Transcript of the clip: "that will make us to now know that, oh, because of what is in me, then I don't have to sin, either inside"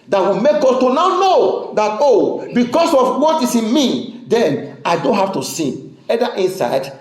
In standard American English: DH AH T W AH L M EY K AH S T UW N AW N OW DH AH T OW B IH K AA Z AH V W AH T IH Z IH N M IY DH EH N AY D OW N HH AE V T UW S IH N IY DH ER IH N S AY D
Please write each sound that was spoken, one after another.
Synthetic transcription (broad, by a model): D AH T W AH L M EY K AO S T UW N AW N OW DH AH T OW B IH K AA S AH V W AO T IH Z IH N M IY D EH N AY D OW N HH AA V T UW S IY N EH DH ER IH N S AY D